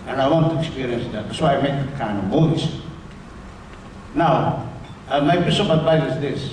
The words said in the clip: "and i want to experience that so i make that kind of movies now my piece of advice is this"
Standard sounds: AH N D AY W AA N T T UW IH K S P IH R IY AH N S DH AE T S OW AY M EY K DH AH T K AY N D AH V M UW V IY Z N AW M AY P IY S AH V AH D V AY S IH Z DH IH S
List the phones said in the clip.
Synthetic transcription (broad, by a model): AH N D AY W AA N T T UW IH K S P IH R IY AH N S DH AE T S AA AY M EY K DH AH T K AY N D AH V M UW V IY S N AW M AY B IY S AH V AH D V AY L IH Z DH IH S